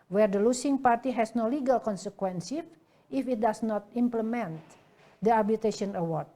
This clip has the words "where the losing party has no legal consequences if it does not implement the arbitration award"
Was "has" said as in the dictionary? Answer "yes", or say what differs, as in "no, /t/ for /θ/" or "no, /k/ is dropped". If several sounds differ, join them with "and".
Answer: no, /s/ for /z/